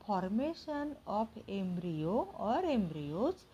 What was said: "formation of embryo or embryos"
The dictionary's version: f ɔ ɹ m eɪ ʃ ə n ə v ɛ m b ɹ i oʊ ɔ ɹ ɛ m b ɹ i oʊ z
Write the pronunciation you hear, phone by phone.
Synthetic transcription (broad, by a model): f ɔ ɹ m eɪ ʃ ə n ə p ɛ m b ɹ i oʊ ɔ ɹ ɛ m b ɹ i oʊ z